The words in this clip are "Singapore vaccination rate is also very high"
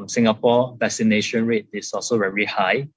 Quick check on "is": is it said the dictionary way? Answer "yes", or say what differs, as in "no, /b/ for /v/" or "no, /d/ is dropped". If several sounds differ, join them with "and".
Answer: no, /s/ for /z/